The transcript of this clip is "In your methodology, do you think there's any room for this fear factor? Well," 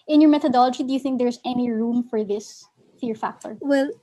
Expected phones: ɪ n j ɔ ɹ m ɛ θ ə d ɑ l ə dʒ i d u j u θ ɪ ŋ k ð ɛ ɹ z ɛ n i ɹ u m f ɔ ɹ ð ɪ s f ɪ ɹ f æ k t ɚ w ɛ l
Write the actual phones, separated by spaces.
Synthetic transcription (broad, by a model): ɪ n j ɔ ɹ m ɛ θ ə d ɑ l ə dʒ i d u j u θ ɪ ŋ k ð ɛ ɹ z ɛ n i ɹ u m f ɔ ɹ ð ɪ s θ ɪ ɹ f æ k t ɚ w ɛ l